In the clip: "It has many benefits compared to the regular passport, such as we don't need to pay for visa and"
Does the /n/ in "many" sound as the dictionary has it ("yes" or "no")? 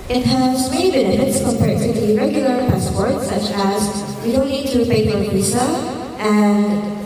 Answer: no